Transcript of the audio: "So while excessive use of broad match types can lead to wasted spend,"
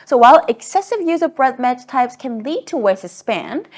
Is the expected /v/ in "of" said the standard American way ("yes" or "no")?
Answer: yes